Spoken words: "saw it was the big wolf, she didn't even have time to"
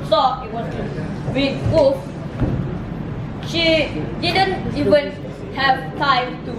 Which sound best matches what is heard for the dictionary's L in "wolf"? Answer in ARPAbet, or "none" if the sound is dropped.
none